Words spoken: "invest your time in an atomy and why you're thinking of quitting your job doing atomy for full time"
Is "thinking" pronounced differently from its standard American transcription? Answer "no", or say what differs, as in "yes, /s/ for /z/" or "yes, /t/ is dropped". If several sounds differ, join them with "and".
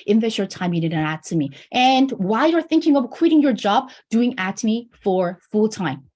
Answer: no